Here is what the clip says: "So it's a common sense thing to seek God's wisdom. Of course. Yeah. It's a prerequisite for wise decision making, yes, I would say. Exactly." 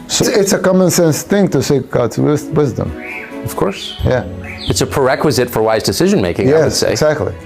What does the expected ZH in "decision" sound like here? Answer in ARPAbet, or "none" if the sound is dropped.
ZH